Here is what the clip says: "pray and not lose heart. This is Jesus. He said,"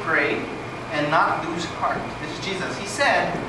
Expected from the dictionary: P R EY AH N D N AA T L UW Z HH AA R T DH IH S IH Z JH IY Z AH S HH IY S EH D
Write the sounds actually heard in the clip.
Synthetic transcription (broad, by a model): P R EY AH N N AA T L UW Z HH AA R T DH IH S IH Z JH IY Z AH S HH IY S EH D